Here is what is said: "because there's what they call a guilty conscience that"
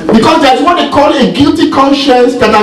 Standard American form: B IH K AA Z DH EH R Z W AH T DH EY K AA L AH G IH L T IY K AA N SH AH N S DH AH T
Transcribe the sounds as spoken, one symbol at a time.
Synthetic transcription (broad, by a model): B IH K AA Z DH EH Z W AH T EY K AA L AH G IH L T IY K AA N SH AH N S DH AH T